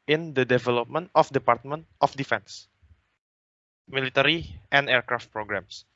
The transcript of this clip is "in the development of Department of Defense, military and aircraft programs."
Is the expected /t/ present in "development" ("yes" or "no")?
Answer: yes